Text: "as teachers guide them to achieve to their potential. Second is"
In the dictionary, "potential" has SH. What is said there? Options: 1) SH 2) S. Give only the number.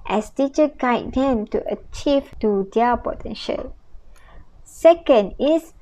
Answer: 1